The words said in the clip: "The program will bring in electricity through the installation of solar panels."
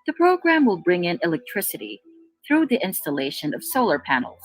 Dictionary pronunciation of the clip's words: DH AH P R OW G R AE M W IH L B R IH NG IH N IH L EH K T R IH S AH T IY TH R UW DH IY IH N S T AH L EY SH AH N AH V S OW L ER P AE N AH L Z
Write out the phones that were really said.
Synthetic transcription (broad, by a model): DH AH P R OW G R AE M W IH L B R IH NG IH N IH L EH K T R IH S AH T IY TH R UW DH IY IH N S T AH L EY SH AH N AH V S OW L ER P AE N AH L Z